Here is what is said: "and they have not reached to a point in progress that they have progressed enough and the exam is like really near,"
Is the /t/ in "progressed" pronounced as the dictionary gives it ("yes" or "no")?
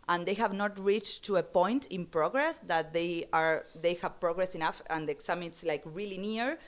no